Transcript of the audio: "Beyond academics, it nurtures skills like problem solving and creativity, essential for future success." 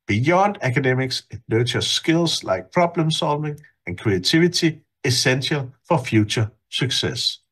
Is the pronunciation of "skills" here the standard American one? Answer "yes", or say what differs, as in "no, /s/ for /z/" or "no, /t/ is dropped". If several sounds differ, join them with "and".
no, /s/ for /z/